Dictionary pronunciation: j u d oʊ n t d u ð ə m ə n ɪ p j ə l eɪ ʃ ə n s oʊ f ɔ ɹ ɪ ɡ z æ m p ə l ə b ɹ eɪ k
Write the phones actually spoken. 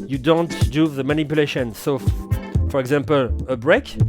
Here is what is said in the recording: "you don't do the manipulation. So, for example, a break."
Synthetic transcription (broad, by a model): j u d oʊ n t d u ð ə m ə n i p j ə l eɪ ʃ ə n s oʊ f ɔ ɹ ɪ ɡ z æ m p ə l ə b ɹ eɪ k